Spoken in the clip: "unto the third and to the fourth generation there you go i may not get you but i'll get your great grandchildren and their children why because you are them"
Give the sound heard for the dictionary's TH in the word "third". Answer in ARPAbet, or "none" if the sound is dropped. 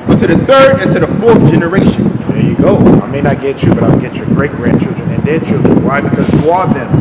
TH